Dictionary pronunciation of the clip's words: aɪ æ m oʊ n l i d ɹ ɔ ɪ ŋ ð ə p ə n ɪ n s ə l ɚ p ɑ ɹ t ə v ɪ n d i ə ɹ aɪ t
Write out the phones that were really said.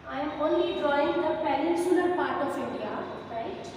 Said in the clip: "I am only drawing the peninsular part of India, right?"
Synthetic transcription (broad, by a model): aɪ m oʊ n l i d ɹ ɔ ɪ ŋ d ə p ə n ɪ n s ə ɚ p ɑ ɹ t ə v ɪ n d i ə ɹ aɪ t